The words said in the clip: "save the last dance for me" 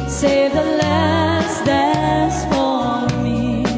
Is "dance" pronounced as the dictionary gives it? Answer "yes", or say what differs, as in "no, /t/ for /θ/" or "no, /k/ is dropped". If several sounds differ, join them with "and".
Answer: no, /n/ is dropped